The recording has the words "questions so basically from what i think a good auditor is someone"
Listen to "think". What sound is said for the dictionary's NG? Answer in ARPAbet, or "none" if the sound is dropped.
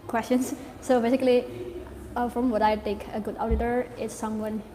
none